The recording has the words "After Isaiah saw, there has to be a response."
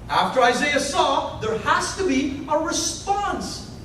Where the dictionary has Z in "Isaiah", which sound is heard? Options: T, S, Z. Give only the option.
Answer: Z